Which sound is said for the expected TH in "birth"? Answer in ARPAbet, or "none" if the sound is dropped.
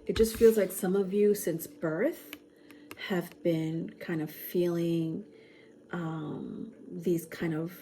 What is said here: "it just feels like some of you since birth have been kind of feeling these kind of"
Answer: TH